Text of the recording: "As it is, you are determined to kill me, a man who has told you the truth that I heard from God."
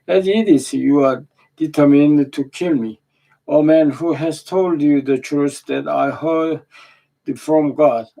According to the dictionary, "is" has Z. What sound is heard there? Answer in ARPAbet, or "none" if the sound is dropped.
S